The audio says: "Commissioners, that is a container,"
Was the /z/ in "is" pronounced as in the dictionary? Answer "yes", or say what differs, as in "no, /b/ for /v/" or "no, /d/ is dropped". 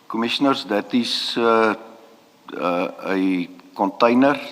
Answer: no, /s/ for /z/